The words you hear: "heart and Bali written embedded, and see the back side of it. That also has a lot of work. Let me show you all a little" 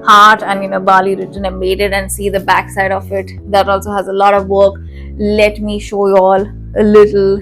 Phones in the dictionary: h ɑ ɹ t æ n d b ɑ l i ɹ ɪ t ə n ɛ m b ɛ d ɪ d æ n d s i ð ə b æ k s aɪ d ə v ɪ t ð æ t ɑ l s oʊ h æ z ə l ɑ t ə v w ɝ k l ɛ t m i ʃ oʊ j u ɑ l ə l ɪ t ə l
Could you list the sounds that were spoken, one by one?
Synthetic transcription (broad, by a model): h ɑ ɹ t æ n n b ɑ l i ɹ ɪ t ə n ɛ m ɛ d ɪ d æ n d s i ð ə b æ k s aɪ d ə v ɪ t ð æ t ɑ l s oʊ h æ z ə l ɑ t ə v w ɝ k l ɛ t m i ʃ oʊ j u ɑ l ə l ɪ t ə l